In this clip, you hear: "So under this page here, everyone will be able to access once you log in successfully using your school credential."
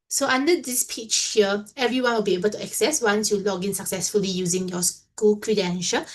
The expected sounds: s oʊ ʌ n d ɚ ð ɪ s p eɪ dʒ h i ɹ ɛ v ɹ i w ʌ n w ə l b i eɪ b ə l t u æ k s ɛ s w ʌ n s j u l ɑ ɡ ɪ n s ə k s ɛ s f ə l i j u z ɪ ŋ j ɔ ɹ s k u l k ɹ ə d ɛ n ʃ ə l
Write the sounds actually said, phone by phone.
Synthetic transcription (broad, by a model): s oʊ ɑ n d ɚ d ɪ s p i tʃ h i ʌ ɛ v ɹ i w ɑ n w ə l b i eɪ b ə l t u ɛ k s ɛ s w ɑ n s j u l ɑ ɡ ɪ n s ə k s ɛ s f ə l i j u z ɪ ŋ j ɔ s k u l k ɹ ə d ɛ n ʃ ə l